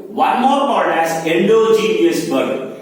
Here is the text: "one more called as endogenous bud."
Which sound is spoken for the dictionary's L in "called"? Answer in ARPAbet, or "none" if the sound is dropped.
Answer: none